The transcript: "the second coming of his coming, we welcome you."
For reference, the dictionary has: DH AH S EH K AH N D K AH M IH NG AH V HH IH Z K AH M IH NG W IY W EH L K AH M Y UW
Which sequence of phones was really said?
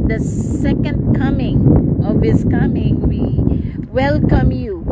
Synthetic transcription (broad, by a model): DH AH S EH K AH N D K AH M IH NG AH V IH S K AH M IH NG W IY W EH L K AH M Y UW